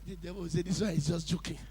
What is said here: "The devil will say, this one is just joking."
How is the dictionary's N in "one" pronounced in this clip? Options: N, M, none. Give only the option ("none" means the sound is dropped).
none